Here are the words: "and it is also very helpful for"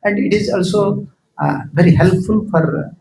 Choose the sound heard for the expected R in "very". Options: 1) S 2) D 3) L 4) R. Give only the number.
4